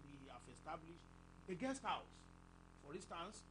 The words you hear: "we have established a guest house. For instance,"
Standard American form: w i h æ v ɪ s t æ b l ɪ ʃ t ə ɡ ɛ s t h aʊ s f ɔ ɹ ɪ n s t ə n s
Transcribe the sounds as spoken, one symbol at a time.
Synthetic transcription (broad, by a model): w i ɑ f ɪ s t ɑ b l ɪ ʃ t ə ɡ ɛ s t h aʊ s f ɔ ɹ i n s t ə n s